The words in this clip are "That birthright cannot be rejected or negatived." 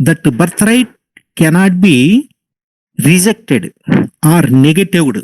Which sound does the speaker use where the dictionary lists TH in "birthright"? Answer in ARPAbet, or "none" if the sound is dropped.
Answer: T